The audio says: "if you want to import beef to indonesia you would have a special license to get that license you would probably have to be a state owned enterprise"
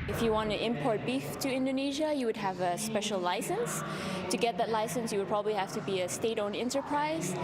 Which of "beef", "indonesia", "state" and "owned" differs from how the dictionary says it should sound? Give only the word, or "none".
owned